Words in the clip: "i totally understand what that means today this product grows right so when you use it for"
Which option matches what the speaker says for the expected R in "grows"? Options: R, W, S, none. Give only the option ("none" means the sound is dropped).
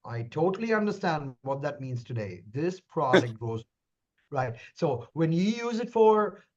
none